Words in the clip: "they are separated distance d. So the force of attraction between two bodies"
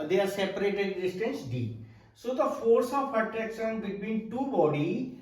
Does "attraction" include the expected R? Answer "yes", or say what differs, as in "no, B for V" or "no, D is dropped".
no, R is dropped